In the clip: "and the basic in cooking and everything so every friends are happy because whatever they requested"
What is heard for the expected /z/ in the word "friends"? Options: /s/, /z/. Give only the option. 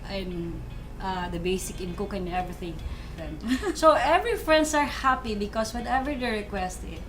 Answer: /s/